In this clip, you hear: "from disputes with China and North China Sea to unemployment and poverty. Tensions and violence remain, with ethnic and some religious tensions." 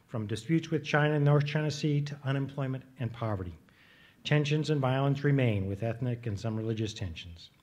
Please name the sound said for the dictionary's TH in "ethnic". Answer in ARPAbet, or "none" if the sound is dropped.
TH